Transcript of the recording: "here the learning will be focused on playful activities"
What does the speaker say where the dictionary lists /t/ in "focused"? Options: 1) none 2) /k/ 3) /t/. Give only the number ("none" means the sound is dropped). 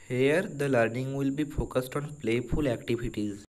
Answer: 3